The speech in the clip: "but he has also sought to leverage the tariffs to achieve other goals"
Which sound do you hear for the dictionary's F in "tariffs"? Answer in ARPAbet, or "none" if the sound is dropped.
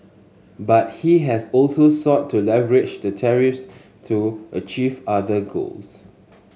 F